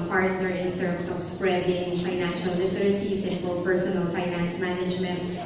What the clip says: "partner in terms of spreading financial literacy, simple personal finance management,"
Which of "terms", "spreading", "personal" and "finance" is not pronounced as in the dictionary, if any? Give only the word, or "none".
terms